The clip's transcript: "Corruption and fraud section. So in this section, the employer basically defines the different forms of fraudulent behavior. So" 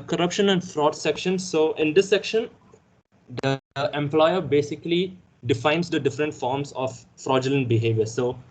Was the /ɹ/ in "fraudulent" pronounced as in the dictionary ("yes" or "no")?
yes